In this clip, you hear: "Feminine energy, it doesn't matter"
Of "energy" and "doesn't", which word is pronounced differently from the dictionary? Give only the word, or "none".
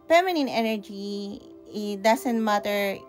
doesn't